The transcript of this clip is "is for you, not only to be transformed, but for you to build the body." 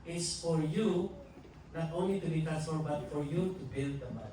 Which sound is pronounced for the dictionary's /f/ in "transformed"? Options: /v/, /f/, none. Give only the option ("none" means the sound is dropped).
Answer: none